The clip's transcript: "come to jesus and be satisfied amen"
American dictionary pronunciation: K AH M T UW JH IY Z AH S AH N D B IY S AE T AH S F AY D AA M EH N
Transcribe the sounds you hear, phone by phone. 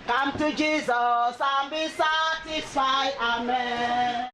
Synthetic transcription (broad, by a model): K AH M T UW JH IY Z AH S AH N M B IY S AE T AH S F AY AA M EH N